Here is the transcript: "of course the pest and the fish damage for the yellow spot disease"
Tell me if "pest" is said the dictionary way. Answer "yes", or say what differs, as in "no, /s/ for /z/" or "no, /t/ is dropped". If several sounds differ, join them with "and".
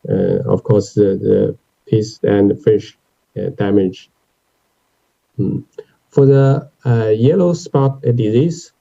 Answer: no, /t/ is dropped